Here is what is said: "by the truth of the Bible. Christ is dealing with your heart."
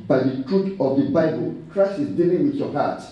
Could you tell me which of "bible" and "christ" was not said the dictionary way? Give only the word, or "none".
christ